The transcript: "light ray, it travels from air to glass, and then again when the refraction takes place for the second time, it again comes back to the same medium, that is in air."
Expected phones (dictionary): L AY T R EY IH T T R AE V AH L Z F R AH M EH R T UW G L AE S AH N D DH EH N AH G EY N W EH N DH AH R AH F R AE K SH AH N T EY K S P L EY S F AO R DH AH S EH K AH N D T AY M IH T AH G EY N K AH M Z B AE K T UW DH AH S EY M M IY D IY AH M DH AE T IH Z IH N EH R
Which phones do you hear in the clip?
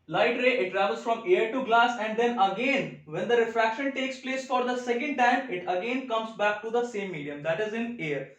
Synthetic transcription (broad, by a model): L AY T R EY IH T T R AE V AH L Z F R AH M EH R T UW G L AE S AH N D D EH N AH G EY N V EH N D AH R AH F R AE K SH AH N T EY K S P L EY S F AO R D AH S EH K AH N D T AY M IH T AH G EY N K AH M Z B AE K T UW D AH S EY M M IY D IY AH M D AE T IH Z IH N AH R